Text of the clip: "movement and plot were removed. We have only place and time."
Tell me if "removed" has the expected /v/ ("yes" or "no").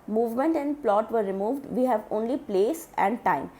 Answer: yes